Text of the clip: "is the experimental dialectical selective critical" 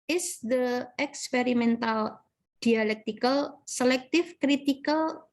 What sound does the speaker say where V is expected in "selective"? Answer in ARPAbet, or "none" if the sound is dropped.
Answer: F